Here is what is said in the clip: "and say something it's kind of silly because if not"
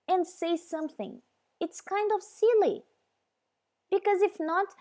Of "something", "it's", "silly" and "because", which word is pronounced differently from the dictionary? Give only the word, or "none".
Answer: none